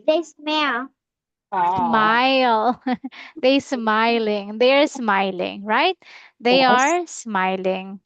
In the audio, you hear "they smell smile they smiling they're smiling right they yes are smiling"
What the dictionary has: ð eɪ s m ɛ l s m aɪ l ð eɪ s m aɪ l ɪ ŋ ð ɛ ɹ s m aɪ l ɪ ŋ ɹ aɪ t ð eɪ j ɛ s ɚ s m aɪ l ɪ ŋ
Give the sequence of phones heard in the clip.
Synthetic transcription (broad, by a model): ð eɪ s m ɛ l s m aɪ l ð eɪ s m aɪ l ɪ ŋ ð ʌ ɹ s m aɪ l ɪ ŋ ɹ aɪ t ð eɪ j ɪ ɚ s m aɪ l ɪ ŋ